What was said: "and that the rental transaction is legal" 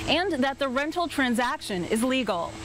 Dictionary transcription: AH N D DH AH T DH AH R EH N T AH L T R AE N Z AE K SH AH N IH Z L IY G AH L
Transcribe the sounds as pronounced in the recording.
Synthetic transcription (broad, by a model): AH N DH AH T DH AH R EH N T L T R AE N Z AE K SH AH N IH Z L IY G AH L